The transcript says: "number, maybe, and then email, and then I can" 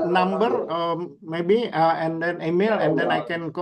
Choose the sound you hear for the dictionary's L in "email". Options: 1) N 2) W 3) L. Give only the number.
3